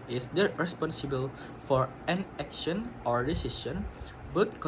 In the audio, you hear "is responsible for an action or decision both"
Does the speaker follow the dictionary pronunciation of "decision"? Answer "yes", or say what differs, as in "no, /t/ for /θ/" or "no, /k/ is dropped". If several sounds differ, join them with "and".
no, /s/ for /ʒ/